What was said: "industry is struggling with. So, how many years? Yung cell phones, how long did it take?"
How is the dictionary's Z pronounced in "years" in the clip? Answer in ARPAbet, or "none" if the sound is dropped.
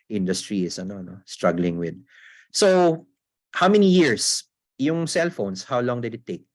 S